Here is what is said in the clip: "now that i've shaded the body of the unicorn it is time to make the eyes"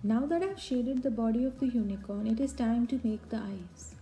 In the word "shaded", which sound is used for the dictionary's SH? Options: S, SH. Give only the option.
SH